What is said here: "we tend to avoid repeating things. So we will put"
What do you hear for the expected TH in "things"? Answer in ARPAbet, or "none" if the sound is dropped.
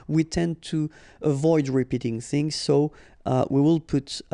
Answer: TH